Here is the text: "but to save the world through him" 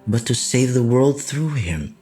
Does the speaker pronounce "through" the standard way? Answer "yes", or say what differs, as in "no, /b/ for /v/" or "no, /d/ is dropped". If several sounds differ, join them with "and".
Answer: yes